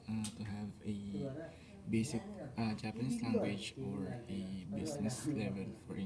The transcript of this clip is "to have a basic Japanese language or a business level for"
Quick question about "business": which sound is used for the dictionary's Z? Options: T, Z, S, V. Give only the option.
S